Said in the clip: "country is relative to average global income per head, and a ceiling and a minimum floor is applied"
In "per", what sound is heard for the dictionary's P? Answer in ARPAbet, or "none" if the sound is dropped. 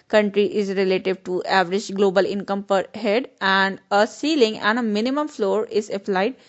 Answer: P